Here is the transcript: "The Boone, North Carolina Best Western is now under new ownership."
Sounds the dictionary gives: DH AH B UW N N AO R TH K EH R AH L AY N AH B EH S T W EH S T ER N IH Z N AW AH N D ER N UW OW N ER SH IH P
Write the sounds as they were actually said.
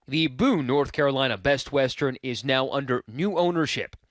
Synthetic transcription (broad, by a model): DH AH B UW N N AO R TH K EH R AH L AY N AH B EH S T W EH S T ER N IH Z N AW AH N D ER N UW OW N ER SH IH P